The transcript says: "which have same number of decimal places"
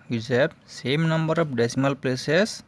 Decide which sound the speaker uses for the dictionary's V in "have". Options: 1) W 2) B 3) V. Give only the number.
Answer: 2